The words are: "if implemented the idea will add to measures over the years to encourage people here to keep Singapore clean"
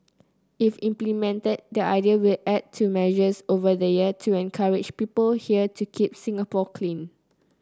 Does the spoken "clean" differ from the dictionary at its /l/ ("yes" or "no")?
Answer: no